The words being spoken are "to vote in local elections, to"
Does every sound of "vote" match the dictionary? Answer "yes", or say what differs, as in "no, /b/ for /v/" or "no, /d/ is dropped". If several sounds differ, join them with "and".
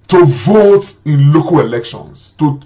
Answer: yes